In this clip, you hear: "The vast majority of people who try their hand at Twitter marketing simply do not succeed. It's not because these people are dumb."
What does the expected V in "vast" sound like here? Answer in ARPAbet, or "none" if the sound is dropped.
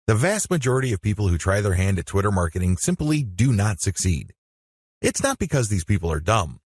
V